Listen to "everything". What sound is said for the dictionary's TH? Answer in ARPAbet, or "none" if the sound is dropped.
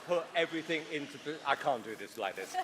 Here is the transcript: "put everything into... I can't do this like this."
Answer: TH